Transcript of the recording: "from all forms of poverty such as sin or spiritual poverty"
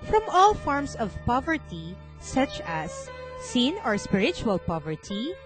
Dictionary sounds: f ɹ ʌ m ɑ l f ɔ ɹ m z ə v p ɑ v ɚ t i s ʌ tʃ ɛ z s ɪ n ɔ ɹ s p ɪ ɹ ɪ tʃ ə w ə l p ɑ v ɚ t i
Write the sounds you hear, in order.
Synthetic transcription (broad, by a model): f ɹ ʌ m ɑ l f ɔ ɹ m s ə v p ɑ v ɚ t i s ʌ tʃ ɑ s ɪ n ɔ ɹ s p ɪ ɹ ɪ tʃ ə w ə l p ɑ v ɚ t i